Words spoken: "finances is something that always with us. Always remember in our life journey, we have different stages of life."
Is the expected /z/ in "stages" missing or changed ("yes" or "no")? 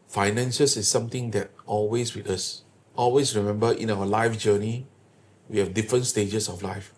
yes